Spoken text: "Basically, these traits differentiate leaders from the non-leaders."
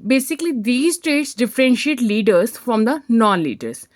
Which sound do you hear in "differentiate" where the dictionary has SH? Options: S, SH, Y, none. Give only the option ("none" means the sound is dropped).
SH